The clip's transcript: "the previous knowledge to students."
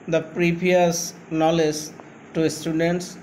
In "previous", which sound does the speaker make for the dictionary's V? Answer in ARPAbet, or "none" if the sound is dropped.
P